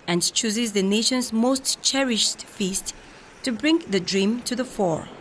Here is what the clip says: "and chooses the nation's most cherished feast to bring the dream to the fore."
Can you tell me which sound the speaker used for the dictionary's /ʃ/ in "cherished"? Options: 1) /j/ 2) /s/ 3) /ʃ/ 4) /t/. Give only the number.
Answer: 3